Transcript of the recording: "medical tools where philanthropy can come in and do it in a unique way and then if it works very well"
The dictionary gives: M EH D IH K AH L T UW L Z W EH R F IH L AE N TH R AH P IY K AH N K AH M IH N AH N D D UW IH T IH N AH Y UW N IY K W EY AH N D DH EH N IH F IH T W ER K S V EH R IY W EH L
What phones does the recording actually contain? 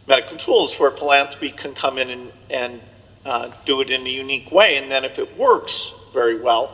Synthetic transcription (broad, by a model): M EH D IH K L T UW L Z W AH R F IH L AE N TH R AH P IY K AH N K AH M IH N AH N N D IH IH T IH N AH Y UW N IY K W EY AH N DH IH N IH F IH T W ER K S V EH R IY W EH L